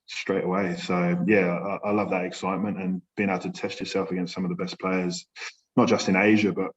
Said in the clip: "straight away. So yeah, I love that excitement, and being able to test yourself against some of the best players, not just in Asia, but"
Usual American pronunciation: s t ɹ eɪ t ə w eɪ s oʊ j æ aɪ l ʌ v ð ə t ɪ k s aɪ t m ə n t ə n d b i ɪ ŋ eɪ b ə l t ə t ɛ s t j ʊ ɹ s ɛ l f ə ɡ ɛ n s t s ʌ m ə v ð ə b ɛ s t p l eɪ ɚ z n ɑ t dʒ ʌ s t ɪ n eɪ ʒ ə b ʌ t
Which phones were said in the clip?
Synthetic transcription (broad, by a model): s t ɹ eɪ t ə w eɪ s oʊ j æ aɪ l ʌ v ð ə t ɪ k s aɪ t m ə n t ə n b i ɪ ŋ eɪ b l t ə t ɛ s t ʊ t s ɛ l f ə ɡ ɛ n s t s ʌ m ə v ð ə b ɛ s p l eɪ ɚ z n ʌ t dʒ ʌ s t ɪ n eɪ ʒ ə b ʌ t